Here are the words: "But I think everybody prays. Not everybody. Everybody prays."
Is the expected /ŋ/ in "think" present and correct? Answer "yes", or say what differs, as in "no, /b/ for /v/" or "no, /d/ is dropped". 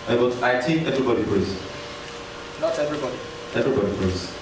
no, /ŋ/ is dropped